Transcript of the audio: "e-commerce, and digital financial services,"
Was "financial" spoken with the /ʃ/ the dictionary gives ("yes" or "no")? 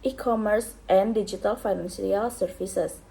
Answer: no